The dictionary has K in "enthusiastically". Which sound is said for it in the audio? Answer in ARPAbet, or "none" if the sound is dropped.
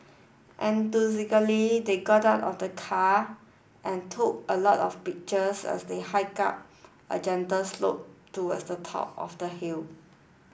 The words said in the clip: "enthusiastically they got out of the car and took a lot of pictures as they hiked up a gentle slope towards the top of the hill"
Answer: none